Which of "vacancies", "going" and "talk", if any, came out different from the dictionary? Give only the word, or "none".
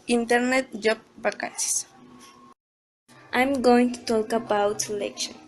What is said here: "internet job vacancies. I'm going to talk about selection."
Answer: vacancies